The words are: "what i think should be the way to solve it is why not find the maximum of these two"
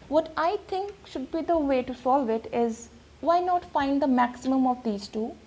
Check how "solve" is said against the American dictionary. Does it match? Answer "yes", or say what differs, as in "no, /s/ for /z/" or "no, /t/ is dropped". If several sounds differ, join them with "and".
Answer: yes